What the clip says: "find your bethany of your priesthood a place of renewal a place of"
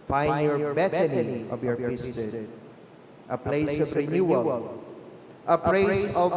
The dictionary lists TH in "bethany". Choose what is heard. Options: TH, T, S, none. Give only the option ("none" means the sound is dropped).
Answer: T